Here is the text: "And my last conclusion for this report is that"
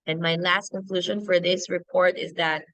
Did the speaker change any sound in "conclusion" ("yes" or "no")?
no